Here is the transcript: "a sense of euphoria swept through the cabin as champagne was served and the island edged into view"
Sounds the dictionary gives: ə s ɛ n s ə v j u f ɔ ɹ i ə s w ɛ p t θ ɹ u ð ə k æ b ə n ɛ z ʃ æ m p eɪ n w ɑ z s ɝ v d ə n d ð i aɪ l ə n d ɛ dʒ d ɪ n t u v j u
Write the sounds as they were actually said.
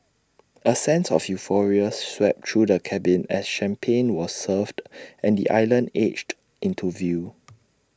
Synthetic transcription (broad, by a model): ə s ɛ n s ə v j u f ɔ ɹ i ə s w ɛ p t ɹ u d ə k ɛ b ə n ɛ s ʃ æ m p eɪ n w ɑ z s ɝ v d ə n d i aɪ l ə n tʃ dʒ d ɪ n t u v j u